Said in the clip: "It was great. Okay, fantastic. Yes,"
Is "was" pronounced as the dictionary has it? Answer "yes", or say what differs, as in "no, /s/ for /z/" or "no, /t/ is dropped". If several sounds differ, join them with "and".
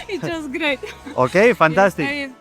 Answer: no, /s/ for /z/